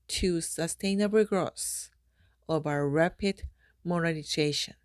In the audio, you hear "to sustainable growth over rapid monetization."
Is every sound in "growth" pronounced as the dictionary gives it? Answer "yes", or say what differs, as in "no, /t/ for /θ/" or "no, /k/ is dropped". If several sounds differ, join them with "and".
no, /s/ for /θ/